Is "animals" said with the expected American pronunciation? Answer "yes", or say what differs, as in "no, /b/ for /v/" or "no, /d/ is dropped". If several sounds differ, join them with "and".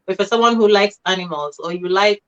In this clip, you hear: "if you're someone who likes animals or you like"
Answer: yes